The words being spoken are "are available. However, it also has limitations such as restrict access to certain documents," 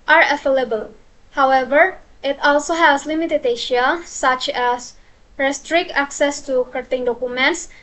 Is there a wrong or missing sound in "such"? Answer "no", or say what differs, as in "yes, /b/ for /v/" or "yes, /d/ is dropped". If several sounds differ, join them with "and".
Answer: no